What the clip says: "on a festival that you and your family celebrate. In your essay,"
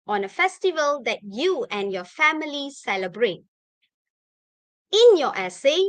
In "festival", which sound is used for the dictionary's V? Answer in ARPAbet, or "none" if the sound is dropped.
V